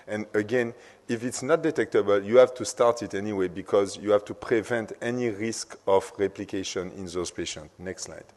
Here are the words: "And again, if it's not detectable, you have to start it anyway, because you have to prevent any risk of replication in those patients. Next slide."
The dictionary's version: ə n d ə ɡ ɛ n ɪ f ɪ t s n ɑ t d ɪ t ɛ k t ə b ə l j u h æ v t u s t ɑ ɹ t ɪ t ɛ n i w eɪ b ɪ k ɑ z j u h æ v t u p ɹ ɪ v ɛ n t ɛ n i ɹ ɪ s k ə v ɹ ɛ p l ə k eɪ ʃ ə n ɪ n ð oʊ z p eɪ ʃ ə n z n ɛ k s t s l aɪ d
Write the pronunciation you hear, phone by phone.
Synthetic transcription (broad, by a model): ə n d ə ɡ ɛ n ɪ f ɪ t s n ɑ t d ɪ t ɛ k t ə b ə l j u h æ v t u s t ɑ ɹ t ɪ t ɛ n i w eɪ b ɪ k ɑ z j u h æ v t u p ɹ ɪ v ɛ n t ɛ n i ɹ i s k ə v ɹ ɛ p l ə k eɪ ʃ ə n ɪ n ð oʊ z p eɪ ʃ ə n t n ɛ k s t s l aɪ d